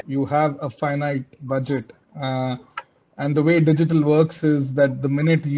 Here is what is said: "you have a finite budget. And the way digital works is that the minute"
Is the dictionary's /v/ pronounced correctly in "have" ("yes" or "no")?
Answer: yes